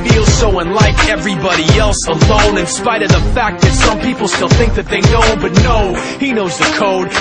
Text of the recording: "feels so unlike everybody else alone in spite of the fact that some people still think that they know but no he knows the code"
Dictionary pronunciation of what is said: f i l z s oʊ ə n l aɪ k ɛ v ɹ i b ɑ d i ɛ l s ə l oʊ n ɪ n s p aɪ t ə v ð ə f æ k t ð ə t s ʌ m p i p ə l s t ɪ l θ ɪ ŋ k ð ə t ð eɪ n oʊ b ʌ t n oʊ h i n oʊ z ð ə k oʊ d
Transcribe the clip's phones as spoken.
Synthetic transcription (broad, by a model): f i l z s oʊ ə n l aɪ k ɛ v ɹ i b ɑ d i ɛ l s ə l oʊ n ɪ n s p aɪ t ə v ð ə f æ k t ð ə t s ʌ m p i p l s t ɪ l θ ɪ ŋ k ð ə t ð eɪ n oʊ b ʌ t n oʊ h i n oʊ z ð ə k oʊ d